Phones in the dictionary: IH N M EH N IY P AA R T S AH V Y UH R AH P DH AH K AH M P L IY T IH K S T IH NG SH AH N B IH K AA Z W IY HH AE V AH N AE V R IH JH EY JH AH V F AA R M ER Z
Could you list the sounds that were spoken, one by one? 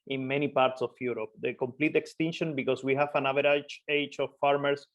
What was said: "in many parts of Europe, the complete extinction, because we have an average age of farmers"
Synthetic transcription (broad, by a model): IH N M EH N IY P AA R T S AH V Y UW R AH P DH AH K AH M P L IY T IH K S T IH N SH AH N B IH K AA S W IY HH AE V AH N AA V R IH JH EY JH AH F AA R M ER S